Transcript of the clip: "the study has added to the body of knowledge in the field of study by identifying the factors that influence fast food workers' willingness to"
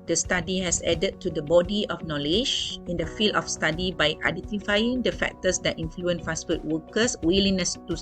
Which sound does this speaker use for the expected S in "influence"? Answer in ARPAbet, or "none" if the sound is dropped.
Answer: none